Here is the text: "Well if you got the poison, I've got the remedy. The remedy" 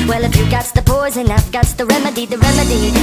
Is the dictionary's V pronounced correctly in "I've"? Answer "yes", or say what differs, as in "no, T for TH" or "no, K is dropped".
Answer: no, F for V